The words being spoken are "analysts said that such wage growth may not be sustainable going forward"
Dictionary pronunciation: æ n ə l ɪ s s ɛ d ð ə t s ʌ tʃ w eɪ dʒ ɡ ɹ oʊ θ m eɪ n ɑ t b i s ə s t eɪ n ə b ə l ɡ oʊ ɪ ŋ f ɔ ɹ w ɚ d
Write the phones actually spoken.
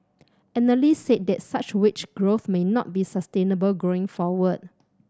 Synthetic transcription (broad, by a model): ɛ n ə l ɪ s s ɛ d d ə t s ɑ tʃ w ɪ tʃ ɡ ɹ oʊ θ m eɪ n ɑ t b i s ə s t eɪ n ə b ə l ɡ oʊ ɪ ŋ f ɔ w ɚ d